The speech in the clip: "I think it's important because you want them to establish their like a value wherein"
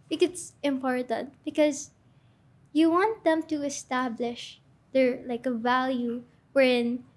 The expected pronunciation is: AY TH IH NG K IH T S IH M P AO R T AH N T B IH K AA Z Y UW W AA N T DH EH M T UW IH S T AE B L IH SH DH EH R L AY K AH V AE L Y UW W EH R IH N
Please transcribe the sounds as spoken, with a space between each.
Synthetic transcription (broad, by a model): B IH K IH T S IH M P AO R T AH N T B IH K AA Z Y UW W AA N T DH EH M T UW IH S T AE B L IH SH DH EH R L AY K AH V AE L Y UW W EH R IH N